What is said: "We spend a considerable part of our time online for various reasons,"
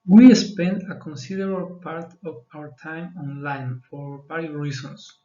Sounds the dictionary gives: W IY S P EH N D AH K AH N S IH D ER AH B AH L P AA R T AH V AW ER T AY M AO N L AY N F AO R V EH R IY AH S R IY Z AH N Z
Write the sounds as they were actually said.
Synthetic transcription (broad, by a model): W IY S P EH N D AH K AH N S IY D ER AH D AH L P AA R T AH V AW ER T AY M AO N L AY N F AO R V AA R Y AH R IY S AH N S